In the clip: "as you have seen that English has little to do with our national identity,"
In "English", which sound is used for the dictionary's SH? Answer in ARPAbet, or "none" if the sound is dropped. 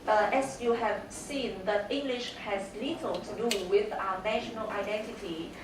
SH